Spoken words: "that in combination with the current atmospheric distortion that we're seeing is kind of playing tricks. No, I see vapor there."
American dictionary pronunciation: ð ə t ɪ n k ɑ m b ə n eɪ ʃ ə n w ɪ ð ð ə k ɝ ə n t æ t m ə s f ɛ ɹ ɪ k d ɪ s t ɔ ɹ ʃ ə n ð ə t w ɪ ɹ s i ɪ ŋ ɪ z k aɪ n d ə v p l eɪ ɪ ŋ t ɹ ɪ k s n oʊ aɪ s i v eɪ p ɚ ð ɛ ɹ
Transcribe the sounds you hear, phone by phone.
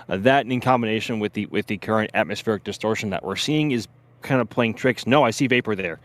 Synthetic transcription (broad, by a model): ð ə t ɪ n k ɑ m b ə n eɪ ʃ ə n w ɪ ð ð ə k ɝ ə n t æ t m ə s f ɛ ɹ ɪ k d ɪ s t ɔ ɹ ʃ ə n ð ə t w ɪ ɹ s i ɪ ŋ ɪ z k aɪ n d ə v p l eɪ ɪ ŋ t ɹ ɪ k s n oʊ aɪ s i v eɪ p ɚ ð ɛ ɹ